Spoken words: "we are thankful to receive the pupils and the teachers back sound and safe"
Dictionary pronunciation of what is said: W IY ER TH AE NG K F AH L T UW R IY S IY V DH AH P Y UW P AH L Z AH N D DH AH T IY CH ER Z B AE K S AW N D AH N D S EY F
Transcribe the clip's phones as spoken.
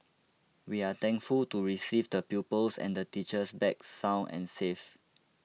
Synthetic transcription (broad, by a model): W IY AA T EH NG K F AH L T UW R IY S IY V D AH P Y UW P AH L S AH N D AH T IY CH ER S B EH K S AW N AH N S EY F